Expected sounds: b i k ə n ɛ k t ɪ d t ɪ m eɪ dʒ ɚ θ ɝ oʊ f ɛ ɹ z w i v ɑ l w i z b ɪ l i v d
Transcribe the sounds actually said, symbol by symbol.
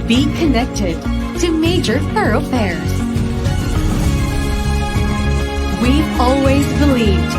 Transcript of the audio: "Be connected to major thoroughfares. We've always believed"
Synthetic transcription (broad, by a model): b i k ə n ɛ k t ɪ d t ɪ m eɪ dʒ ɚ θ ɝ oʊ f ɛ ɹ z w i ɑ l w i z b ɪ l i v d